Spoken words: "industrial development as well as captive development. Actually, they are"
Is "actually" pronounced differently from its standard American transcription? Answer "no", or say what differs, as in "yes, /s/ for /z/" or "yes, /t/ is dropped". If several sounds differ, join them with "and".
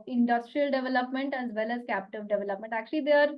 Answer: no